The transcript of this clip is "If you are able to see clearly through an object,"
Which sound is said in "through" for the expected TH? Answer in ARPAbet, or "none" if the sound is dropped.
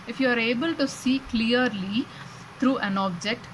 T